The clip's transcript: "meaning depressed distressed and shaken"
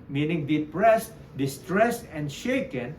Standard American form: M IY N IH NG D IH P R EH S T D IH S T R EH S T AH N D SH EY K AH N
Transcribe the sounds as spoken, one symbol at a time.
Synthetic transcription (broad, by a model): M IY N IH NG D IH P R EH S T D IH S T R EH S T AH N D SH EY K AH N